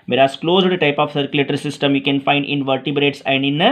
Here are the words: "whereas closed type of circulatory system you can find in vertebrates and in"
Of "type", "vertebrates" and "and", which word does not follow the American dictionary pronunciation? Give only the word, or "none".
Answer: none